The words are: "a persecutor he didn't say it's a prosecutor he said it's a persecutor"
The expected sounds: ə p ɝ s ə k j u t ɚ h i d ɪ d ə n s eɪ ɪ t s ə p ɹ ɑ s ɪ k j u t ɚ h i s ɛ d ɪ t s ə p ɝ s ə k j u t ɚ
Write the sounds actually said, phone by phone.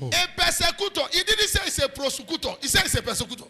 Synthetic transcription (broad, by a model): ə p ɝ s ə k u t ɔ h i d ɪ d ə s eɪ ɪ s ə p ɹ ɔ s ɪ k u t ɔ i s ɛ ɪ s ə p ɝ s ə k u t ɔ